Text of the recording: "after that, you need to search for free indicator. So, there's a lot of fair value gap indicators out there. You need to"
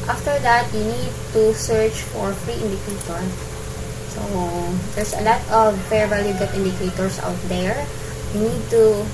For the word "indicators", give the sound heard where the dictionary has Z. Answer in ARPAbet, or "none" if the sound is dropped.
S